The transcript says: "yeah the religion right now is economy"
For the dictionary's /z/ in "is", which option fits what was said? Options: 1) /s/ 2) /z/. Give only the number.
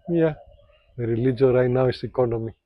1